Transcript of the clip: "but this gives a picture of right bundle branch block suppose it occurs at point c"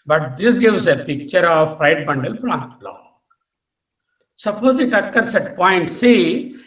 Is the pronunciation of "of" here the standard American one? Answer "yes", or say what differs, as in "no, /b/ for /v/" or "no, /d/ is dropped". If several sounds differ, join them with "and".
no, /p/ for /v/